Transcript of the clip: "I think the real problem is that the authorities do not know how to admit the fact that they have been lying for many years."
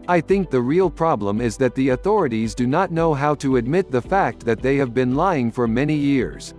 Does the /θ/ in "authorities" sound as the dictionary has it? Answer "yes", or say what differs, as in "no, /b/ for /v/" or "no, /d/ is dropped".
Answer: yes